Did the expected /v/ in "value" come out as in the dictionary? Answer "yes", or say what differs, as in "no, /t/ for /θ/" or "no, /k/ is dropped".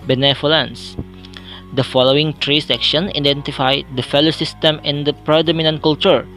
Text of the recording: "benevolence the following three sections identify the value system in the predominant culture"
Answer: no, /f/ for /v/